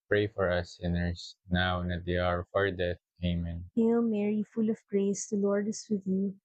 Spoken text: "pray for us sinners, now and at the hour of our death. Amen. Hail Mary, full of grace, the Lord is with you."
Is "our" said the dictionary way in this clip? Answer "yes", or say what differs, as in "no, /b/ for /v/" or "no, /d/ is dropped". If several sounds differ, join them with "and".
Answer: yes